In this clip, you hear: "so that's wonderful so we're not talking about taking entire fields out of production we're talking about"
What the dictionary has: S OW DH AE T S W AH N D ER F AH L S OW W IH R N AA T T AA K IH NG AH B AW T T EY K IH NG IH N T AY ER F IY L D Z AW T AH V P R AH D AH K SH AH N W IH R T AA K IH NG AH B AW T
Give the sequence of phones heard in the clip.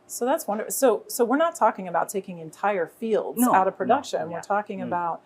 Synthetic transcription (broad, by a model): S OW DH AE T S W AH N D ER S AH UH S OW W IH R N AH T T AA K IH NG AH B AW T T EY K IH NG IH N T AY ER F IY L D Z AW T AH V P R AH D AH K SH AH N W IH R T AA K IH NG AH B AW T